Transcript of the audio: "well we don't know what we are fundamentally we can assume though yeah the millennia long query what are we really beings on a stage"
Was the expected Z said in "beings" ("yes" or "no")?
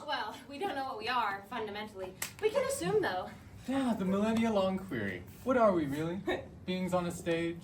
yes